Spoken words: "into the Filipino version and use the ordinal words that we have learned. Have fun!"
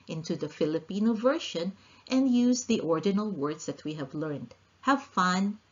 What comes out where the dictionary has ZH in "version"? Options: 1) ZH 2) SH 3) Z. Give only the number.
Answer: 2